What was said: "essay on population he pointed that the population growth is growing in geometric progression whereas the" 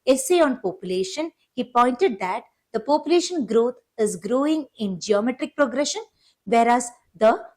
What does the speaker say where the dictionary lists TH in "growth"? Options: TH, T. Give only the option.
T